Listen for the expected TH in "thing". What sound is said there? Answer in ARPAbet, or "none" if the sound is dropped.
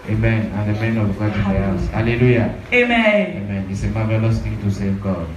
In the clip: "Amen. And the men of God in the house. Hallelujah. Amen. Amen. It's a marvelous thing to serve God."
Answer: T